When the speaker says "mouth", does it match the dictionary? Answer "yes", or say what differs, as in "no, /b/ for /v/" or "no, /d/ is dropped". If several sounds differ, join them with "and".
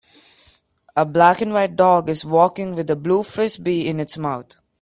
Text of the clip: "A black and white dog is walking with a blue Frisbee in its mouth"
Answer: no, /t/ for /θ/